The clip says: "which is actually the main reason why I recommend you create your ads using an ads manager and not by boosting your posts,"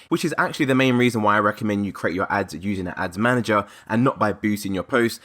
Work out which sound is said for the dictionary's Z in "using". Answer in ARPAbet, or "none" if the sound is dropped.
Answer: Z